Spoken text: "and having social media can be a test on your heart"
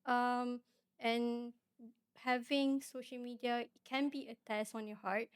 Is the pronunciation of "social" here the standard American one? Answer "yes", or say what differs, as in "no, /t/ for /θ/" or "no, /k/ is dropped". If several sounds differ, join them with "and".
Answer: yes